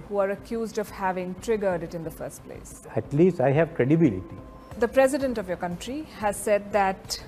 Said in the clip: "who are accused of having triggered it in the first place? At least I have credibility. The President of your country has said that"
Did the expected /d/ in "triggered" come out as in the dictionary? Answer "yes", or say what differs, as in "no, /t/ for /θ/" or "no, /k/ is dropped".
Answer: yes